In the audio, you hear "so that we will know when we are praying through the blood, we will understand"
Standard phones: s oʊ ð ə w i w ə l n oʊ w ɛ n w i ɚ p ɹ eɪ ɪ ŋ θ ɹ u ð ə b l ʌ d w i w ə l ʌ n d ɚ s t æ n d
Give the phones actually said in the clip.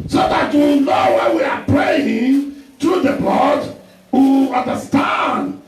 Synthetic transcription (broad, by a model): s oʊ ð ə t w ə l n oʊ w ɛ n w i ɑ p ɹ eɪ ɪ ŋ t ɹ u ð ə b l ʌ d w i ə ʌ n d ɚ s t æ n d